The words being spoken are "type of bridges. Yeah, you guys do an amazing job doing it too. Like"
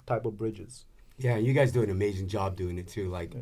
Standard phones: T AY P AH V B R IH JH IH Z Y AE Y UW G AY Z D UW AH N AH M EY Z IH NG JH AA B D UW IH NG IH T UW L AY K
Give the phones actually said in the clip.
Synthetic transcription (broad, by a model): T AY P AH V B R IH JH IH Z Y AE Y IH G AY Z D UW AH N AH M EY Z IH NG JH AA B D UW IH NG IH T UW L AY K